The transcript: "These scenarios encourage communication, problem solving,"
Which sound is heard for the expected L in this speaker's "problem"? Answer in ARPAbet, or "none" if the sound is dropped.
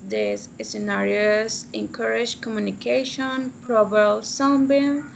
none